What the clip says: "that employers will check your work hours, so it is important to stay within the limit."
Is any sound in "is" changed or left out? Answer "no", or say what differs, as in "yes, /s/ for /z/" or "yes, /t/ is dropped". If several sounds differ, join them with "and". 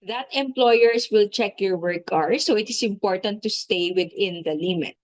yes, /s/ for /z/